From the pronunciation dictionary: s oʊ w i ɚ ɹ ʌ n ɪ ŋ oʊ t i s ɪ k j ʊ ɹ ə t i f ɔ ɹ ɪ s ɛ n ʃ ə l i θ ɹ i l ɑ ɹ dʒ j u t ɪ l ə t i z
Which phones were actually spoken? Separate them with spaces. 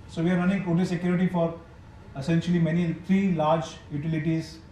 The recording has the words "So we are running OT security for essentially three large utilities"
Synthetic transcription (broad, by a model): s oʊ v i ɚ ɹ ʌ n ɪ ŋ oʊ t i s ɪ k j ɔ ɹ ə t i f ɔ ɹ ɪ s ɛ n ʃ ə l i t ɹ i l ɑ ɹ dʒ j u t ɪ l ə t i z